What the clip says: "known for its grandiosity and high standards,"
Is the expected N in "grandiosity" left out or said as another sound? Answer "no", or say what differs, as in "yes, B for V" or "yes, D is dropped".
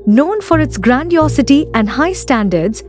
no